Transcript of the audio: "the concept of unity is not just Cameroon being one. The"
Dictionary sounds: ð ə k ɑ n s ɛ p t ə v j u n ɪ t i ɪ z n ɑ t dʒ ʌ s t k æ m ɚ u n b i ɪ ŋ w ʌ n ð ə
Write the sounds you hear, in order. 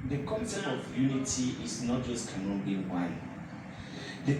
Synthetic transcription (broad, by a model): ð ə k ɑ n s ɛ t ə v j u n ɪ t i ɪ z n ɑ t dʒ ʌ s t k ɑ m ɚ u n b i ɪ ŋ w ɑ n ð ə